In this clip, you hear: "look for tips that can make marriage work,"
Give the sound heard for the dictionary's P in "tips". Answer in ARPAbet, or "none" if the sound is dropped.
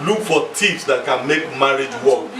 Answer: F